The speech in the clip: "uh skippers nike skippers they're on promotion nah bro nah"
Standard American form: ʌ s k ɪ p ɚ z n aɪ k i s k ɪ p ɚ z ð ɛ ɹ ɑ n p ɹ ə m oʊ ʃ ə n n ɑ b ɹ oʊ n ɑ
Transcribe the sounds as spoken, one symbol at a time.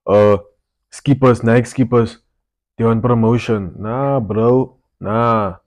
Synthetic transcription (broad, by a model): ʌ s k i p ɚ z n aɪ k s k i p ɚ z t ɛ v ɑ n p ɹ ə m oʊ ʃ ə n n ɑ b ɹ oʊ n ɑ